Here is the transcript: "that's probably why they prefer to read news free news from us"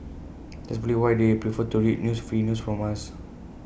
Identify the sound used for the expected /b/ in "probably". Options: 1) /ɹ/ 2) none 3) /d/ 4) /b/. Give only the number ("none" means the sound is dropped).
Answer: 2